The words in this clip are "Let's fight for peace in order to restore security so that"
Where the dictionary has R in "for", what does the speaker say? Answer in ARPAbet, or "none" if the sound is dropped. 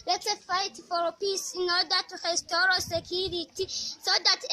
L